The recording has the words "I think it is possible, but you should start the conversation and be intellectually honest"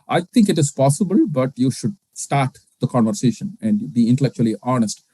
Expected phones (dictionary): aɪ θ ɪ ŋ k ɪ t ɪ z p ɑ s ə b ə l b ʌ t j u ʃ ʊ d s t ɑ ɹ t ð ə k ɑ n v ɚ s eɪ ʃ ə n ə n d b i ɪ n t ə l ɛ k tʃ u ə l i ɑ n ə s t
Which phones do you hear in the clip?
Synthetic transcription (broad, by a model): aɪ t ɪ ŋ k ɪ t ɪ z p ɑ s ə b ə l b ʌ t j u ʃ ʊ d s t ɑ ɹ t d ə k ɑ n v ɚ s eɪ ʃ ə n ə n d b i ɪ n t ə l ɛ k tʃ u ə l i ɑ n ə s t